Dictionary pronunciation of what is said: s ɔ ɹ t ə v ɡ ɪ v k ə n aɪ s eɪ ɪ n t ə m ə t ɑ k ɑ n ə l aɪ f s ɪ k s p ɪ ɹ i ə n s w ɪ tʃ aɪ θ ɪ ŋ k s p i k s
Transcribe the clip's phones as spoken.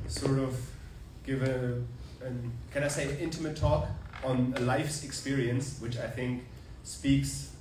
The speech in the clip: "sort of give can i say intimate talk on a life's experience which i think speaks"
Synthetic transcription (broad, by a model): s ɔ ɹ t ə v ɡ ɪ v k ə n aɪ s eɪ ɪ n t ə m ə t ɑ k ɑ n ə l aɪ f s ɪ k s p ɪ ɹ i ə n s w ɪ tʃ aɪ θ ɪ ŋ k s p i k s